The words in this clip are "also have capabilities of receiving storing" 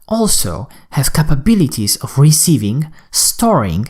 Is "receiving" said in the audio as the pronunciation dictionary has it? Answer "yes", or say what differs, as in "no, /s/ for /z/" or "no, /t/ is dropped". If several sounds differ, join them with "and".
yes